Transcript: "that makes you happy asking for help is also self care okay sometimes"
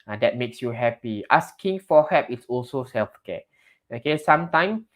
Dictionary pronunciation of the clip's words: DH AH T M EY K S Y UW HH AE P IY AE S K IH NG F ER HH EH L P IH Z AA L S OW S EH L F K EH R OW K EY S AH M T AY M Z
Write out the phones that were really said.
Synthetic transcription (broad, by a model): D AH T M EY K S Y UW HH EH P IY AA S K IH NG F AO HH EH P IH S AA L S OW S EH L F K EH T OW K EY S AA M T AY M